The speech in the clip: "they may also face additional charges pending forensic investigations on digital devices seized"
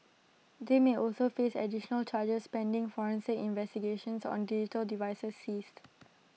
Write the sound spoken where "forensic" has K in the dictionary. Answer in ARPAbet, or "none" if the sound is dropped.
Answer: none